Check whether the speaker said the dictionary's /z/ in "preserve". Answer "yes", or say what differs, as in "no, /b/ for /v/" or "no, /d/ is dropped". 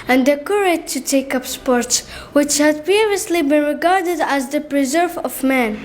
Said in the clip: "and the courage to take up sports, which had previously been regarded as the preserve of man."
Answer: yes